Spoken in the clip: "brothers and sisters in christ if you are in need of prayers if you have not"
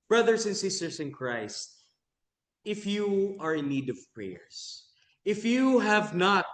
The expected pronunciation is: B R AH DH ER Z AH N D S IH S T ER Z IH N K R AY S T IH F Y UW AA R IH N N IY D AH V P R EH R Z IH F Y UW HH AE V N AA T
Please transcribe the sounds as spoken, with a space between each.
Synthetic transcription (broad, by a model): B R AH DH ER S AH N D S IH S T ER S IH N K R AY S T IH F Y UW AA R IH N N IY D AH V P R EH R S IH F Y UW HH AE V N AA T